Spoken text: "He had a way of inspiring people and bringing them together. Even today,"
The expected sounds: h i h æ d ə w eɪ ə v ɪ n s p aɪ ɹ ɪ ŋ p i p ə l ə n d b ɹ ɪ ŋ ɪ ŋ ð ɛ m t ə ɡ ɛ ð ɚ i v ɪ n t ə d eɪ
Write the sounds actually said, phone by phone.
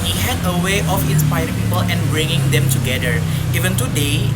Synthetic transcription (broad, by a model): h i h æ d ə w eɪ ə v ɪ n s p aɪ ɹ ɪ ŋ p i p ə l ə n b ɹ ɪ ŋ ɪ ŋ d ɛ m t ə ɡ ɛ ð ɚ i v ɪ n t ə d eɪ